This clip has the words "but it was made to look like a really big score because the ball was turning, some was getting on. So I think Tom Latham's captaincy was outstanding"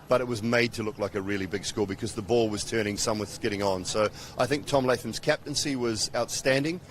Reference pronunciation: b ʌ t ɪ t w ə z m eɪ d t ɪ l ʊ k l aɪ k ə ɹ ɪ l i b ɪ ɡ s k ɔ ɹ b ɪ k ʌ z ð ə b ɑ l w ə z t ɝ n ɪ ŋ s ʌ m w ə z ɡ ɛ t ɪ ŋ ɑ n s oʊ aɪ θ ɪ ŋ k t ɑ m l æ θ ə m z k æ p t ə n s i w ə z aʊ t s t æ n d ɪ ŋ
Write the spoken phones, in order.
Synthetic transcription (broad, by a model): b ʌ t ɪ t w ə z m eɪ d t ɪ l ʊ k l aɪ k ə ɹ ɪ l i b ɪ ɡ s k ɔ l b ɪ k ʌ z ð ə b ɑ l w ə z t ɝ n ɪ ŋ s ʌ m w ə s ɡ ɛ t ɪ ŋ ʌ n s oʊ aɪ θ ɪ ŋ k t ɑ m l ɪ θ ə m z k æ p t ə n s i w ə z aʊ t s t æ n d ɪ ŋ